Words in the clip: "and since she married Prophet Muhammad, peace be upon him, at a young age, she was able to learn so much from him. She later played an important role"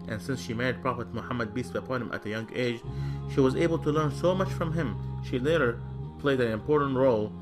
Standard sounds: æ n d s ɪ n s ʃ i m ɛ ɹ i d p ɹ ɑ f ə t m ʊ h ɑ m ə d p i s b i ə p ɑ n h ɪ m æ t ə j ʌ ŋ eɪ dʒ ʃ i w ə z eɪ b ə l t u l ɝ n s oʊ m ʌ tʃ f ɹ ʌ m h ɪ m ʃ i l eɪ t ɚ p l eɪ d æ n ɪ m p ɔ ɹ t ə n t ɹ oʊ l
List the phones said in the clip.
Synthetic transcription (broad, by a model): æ n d s ɪ n s ʃ i m ɛ ɹ i d p ɹ ɑ f ə t m ʊ h ɑ m ə d b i s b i ə p ɑ n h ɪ m æ t ə j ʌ ŋ eɪ dʒ ʃ i w ə z eɪ b ə l t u l ɝ n s oʊ m ʌ tʃ f ɹ ʌ m h ɪ m ʃ i l eɪ t ɚ p l eɪ d æ n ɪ m p ɔ ɹ t n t ɹ oʊ l